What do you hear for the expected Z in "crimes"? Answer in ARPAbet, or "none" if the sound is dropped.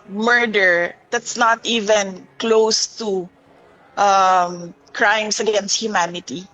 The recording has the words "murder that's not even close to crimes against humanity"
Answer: S